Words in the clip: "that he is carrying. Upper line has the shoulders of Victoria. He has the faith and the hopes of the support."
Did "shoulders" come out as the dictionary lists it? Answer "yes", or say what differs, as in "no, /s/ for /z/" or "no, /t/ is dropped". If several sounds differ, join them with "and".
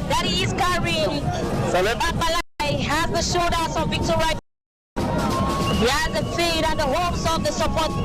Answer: no, /l/ is dropped